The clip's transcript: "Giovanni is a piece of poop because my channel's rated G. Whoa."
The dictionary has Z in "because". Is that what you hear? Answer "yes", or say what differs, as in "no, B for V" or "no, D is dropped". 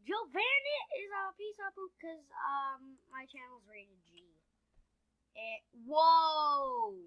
no, Z is dropped